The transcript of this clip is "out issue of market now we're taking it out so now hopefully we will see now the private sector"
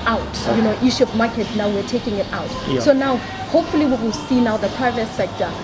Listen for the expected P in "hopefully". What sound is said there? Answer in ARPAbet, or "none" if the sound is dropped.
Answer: P